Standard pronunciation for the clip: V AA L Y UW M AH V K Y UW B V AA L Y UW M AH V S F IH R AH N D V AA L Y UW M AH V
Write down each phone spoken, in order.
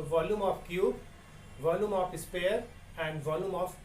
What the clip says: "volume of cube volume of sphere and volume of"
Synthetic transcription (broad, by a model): V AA L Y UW M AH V K Y UW B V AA L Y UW M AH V S P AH R AH N D V AA L Y UW M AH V